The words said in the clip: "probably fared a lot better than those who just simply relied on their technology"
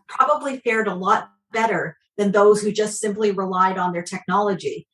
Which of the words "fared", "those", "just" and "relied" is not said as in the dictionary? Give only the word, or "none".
none